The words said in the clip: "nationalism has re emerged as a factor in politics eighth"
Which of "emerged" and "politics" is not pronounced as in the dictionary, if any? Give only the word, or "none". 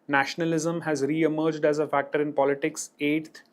none